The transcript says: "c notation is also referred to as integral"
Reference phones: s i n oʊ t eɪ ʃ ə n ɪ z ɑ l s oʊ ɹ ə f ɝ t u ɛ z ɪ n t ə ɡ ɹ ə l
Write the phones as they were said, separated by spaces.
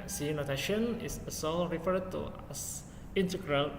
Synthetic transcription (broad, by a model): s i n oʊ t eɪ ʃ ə n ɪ s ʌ s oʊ ɹ ə f ɝ t u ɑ s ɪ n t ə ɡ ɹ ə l